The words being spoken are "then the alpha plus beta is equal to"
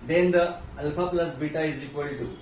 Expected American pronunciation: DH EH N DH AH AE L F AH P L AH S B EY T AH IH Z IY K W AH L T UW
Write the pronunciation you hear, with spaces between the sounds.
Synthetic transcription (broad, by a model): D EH N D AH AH L P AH P L AH S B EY T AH IH Z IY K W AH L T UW